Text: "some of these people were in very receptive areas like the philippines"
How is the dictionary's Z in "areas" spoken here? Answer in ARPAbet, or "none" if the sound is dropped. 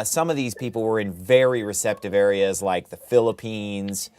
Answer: Z